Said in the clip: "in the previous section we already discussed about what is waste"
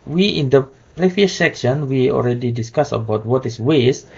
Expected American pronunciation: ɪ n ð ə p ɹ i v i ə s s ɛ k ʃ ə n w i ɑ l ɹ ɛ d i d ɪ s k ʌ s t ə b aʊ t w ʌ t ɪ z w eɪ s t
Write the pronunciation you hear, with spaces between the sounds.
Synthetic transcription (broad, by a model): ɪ n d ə p ɹ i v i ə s s ɛ k ʃ ə n w i ɑ l ɹ ɛ d i d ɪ s k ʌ s ə b aʊ t w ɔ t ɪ s w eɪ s